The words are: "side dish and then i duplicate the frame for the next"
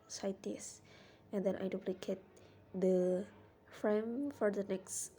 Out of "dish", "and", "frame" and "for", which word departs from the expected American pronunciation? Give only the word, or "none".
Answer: dish